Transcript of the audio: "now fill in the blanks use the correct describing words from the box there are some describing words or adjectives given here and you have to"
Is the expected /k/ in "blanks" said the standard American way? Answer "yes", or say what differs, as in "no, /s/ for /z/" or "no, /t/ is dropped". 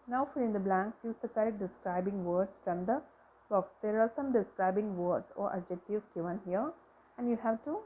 yes